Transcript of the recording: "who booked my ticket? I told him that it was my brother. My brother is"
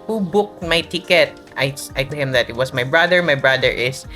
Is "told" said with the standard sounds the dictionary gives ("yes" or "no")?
no